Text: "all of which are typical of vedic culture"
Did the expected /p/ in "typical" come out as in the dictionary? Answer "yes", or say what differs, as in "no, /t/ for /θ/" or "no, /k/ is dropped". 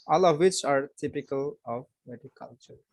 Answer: yes